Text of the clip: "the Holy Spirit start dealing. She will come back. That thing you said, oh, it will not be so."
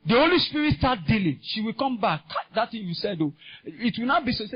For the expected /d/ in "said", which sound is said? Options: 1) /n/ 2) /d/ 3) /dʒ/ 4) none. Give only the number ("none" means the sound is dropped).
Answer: 2